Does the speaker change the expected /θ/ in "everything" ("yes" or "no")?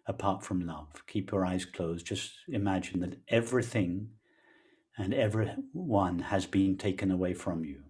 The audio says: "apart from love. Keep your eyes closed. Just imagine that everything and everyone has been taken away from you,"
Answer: no